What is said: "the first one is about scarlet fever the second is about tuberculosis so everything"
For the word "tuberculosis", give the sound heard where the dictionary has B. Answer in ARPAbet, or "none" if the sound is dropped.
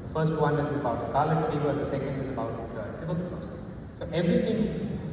none